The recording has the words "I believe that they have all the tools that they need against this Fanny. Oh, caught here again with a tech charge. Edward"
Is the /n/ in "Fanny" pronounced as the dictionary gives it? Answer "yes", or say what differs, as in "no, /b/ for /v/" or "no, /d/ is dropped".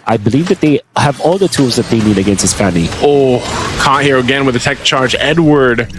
no, /l/ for /n/